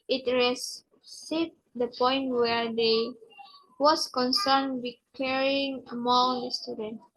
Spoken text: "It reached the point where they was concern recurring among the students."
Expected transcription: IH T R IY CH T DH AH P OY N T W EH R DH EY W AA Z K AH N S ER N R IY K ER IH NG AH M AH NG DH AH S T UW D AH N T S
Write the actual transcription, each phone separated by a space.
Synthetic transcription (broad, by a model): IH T R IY S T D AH P OY N T W EH R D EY W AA S K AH N S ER N W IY K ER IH NG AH M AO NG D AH S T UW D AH N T